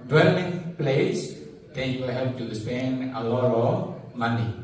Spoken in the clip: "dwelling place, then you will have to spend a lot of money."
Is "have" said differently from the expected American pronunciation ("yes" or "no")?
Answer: yes